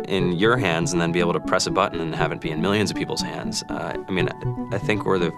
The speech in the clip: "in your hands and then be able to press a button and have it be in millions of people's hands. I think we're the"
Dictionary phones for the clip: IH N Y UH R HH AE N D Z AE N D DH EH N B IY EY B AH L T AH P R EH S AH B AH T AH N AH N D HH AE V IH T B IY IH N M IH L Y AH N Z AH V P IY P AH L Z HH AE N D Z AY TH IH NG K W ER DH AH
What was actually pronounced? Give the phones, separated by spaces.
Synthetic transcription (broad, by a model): IH N Y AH R HH AE N D Z N DH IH N B IY EY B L T AH P R EH S AH B AH T N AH N HH AE V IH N B IY IH N M IH L Y AH N Z AH V P IY P L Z HH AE N D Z AY TH IH NG K W ER DH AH